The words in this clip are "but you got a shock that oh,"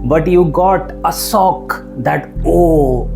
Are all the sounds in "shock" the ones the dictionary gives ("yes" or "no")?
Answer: no